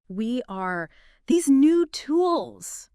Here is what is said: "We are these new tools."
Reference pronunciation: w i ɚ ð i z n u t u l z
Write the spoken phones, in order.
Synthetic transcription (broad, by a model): w i ɚ ð i z n u t u l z